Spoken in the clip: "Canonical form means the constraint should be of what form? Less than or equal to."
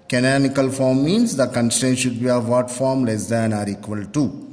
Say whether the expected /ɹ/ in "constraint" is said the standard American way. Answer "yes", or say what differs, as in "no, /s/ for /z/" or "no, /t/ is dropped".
no, /ɹ/ is dropped